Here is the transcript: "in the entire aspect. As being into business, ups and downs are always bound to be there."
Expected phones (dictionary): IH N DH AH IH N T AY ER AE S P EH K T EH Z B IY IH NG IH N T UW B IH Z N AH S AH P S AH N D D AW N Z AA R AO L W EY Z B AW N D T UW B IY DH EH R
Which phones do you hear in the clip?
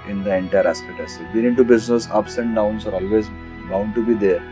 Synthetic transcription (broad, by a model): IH N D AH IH N T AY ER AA S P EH T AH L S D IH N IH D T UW B IH Z N AH S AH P S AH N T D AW N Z AA R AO L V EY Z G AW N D T UW B IY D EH R